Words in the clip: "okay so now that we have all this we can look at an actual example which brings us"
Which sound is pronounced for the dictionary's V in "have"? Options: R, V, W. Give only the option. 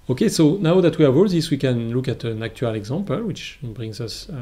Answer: W